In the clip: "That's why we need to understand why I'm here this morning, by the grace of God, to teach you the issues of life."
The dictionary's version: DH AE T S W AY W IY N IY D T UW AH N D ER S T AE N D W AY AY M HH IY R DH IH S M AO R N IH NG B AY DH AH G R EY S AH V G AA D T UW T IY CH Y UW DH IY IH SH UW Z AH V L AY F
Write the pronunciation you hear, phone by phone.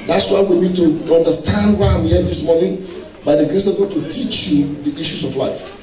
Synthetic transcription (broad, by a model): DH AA T S W AY W IY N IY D T UW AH N D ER S T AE N D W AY AY M HH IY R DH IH S M AO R N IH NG B AY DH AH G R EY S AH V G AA T UW T IY CH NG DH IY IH SH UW S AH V L AY F